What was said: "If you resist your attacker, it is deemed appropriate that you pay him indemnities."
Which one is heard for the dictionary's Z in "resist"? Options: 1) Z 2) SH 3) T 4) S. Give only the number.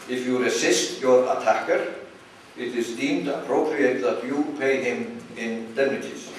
4